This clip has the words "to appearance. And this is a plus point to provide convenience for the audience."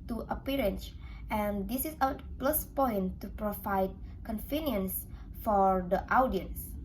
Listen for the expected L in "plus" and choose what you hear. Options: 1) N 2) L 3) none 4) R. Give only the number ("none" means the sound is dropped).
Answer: 2